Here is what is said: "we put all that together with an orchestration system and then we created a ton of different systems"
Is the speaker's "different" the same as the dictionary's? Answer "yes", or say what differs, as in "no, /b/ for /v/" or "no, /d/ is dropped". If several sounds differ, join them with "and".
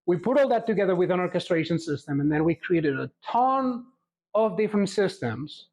yes